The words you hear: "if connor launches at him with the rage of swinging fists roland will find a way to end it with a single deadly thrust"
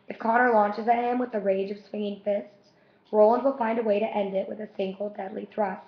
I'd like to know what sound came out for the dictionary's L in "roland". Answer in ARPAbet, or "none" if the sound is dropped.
L